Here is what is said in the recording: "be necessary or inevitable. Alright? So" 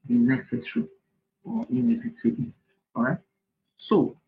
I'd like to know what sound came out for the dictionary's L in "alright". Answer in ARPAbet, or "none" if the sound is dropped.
none